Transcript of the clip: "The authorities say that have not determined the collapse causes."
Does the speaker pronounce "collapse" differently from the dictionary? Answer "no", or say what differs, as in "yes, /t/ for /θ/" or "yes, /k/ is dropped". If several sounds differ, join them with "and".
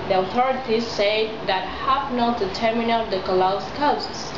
yes, /p/ is dropped